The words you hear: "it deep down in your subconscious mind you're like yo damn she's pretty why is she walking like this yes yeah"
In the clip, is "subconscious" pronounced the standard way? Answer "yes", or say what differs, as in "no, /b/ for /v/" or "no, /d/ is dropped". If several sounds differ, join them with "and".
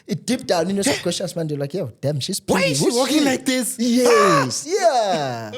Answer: no, /n/ is dropped